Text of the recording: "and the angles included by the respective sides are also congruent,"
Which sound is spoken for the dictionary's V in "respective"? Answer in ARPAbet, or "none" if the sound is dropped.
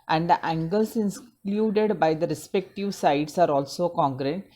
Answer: V